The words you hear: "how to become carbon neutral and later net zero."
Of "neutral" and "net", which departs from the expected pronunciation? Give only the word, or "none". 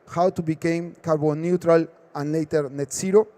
none